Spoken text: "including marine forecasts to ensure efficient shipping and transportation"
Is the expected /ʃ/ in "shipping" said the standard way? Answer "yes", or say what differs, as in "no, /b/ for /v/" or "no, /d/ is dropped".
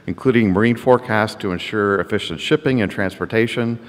yes